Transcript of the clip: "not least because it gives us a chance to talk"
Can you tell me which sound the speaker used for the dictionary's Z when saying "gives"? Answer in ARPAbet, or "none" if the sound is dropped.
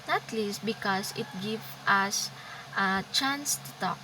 none